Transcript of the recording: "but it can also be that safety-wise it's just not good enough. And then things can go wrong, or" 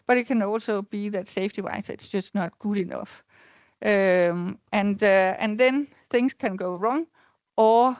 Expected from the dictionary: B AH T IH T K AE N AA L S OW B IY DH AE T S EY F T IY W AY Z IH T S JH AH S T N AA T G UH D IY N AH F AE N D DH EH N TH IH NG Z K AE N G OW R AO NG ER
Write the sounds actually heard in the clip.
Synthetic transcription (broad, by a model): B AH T IH T K AE N AA L S OW B IY DH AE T S EY F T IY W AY S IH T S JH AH S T N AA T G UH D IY N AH F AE N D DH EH N TH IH NG S K AE N G OW R AO NG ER